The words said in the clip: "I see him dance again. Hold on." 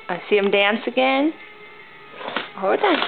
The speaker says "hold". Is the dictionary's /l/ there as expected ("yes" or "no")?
no